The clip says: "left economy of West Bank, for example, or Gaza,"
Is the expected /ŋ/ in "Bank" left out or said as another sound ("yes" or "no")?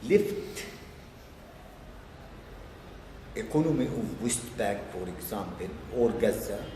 yes